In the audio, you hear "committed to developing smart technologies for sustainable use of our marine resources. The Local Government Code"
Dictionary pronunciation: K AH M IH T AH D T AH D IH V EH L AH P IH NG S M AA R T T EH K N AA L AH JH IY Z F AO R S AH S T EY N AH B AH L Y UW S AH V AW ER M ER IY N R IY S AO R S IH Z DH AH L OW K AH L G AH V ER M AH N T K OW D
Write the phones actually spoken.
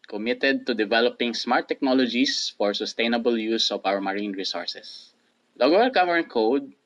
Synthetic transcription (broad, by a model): K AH M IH T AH D T AH D IH V EH L AH P IH NG S M AA R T T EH K N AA L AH JH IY S F AO R S AH S T EY N AH B AH L Y UW S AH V AW ER M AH IY N R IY S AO R S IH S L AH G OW AH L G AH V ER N K OW D